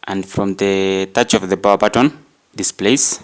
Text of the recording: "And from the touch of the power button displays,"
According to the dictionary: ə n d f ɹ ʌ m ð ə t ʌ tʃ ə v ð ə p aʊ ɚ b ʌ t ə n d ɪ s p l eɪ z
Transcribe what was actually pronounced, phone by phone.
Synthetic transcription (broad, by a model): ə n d f ɹ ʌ m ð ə t ʌ tʃ ə v ð ə b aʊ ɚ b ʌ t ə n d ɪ s p l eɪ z